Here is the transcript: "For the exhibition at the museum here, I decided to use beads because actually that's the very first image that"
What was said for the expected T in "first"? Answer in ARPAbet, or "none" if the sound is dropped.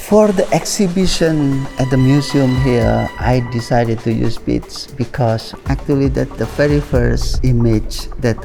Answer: none